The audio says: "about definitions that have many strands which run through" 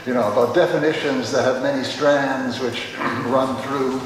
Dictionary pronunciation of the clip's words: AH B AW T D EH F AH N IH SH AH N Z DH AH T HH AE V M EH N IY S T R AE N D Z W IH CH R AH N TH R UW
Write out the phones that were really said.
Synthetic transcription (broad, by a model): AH B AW T D EH F AH N IH SH AH N Z DH AH T HH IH V M EH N IY S T R AE N D Z W IH CH R AH N TH R UW